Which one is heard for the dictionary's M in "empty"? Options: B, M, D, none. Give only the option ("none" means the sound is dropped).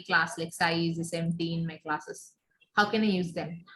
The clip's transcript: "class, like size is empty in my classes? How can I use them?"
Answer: none